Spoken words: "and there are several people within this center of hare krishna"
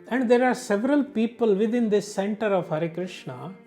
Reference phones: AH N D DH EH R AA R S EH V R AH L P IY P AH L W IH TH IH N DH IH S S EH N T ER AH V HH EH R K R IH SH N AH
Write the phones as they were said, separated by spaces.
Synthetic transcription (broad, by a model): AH N D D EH R AA R S EH V R AH L P IY P AH L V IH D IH N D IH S S EH N T ER AH V HH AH R K R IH SH N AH